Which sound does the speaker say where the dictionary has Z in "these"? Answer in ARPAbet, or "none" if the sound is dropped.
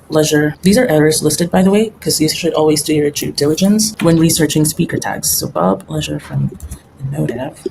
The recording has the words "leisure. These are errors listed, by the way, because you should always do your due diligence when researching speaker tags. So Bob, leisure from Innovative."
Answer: Z